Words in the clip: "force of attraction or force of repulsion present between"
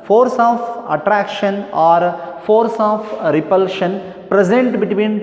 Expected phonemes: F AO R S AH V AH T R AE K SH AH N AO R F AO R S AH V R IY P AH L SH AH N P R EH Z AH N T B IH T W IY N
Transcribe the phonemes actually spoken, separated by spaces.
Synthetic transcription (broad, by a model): F AO R S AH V AH T R AE K SH AH N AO R F AO R S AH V R IY P AH L SH AH N P R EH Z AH N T B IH T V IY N